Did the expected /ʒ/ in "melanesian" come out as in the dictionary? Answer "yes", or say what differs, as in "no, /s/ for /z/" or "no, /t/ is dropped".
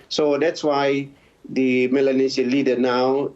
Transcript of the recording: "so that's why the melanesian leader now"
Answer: no, /s/ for /ʒ/